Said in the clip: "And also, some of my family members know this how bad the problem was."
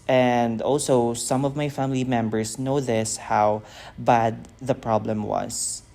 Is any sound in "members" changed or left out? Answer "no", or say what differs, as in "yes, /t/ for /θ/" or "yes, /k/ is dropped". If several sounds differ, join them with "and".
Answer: yes, /s/ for /z/